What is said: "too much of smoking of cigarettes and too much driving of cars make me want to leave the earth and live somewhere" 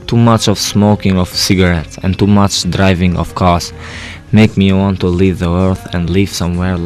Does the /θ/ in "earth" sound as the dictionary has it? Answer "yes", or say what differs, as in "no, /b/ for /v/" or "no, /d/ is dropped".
yes